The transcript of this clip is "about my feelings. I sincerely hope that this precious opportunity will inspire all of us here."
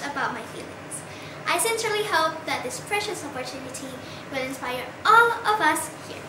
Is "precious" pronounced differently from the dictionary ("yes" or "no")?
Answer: no